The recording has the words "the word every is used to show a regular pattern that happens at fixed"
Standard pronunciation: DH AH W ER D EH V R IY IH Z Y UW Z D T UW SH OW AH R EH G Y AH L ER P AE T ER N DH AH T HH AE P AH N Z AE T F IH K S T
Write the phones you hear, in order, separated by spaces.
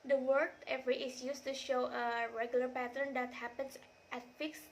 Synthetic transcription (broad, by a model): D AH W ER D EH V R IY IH S Y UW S T UW SH OW AH R EH G Y AH L ER P AE T ER N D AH T HH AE P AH N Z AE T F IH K S